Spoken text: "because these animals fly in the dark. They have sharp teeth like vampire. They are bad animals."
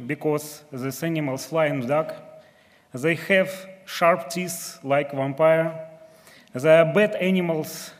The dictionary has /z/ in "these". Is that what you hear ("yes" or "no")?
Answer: no